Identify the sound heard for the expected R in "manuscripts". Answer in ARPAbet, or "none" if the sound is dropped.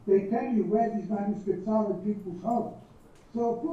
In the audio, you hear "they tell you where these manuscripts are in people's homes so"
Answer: none